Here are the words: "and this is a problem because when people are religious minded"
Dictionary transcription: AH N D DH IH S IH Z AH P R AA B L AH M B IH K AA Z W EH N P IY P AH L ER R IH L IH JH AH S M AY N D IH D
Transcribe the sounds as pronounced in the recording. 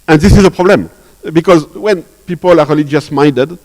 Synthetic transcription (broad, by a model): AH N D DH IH S IH Z AH P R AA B L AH M B IH K AA Z W EH N P IY P AH L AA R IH L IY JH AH S M AY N D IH D